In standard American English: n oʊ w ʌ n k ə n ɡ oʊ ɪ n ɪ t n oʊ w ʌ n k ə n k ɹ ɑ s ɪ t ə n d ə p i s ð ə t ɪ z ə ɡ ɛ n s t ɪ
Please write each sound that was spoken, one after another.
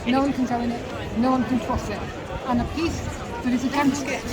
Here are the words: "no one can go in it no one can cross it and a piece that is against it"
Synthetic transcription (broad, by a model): n oʊ w ʌ n k ə n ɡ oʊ ɪ n ɪ t n oʊ w ʌ n k ə n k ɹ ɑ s ɪ t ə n ə p i s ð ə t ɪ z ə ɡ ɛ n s ɪ